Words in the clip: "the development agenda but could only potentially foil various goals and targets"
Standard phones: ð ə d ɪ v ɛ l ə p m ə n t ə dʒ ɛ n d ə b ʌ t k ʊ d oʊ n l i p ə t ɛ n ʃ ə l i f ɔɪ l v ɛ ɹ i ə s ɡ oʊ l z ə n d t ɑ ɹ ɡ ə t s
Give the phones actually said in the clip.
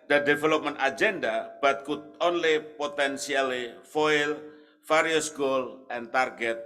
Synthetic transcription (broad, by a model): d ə d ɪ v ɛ l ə p m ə n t ə dʒ ɛ n d ə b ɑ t k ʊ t oʊ n l i p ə t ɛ n s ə l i f ɔɪ l f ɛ ɹ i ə s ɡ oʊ l ə n t ɑ ɹ ɡ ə t